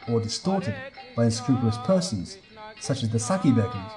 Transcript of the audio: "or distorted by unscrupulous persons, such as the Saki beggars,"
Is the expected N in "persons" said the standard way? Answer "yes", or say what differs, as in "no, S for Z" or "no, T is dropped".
no, N is dropped